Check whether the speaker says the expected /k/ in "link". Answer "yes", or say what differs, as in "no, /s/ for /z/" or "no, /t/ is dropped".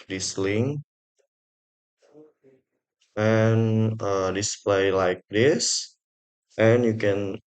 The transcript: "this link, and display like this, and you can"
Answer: no, /k/ is dropped